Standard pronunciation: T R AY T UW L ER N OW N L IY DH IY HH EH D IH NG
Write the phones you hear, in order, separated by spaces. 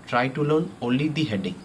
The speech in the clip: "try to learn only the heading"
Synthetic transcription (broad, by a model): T R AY T UW L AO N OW L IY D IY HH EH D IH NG